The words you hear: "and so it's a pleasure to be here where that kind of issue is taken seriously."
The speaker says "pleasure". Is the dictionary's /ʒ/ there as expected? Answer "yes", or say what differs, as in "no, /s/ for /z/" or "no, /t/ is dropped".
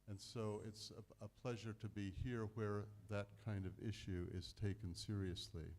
yes